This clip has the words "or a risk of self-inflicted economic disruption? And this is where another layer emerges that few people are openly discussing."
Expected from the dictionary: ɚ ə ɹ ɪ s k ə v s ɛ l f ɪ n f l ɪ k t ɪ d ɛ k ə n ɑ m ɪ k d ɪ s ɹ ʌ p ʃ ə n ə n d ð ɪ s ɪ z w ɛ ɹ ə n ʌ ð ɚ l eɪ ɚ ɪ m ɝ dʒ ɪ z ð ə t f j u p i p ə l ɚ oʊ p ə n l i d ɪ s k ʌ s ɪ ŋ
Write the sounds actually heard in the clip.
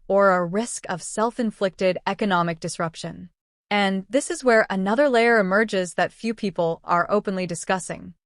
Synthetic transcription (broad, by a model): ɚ ə ɹ ɪ s k ə v s ɛ l f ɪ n f l ɪ k t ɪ d ɛ k ə n ɑ m ɪ k d ɪ s ɹ ʌ p ʃ ə n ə n ð ɪ s ɪ z w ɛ ɹ ə n ʌ ð ɚ l eɪ ɚ ɪ m ɝ dʒ ɪ z ð ə t f j u p i p l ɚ oʊ p ə n l i d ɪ s k ʌ s ɪ ŋ